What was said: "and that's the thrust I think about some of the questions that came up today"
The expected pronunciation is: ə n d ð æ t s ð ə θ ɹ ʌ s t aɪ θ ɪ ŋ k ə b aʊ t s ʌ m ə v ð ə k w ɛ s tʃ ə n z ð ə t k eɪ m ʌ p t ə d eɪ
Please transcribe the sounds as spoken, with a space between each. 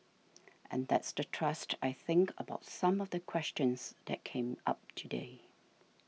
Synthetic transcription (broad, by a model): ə n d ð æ t s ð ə t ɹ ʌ s t aɪ θ ɪ ŋ k ə b aʊ t s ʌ m ə v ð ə k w ɛ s tʃ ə n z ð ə t k eɪ m ʌ p t ə d eɪ